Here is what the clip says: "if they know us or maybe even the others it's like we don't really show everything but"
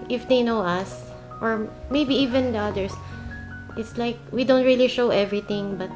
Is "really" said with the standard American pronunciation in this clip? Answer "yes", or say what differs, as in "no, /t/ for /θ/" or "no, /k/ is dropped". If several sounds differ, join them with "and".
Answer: yes